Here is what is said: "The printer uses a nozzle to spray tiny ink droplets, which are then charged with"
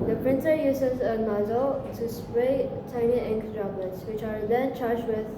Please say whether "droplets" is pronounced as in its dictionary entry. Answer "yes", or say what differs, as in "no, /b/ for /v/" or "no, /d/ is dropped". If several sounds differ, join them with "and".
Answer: no, /b/ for /p/